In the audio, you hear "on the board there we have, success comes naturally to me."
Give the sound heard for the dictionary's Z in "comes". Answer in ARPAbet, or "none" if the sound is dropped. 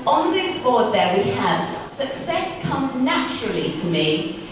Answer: Z